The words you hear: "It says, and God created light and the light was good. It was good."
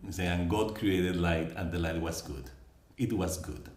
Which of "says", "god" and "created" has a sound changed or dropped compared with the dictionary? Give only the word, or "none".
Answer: says